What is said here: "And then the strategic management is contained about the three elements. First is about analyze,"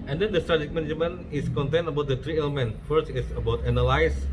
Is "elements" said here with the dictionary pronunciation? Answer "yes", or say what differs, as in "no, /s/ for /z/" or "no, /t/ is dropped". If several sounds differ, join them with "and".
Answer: no, /s/ is dropped